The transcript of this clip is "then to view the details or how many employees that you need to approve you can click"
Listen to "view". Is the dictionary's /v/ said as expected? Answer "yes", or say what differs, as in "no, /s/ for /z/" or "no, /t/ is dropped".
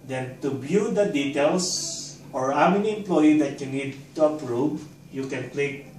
no, /b/ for /v/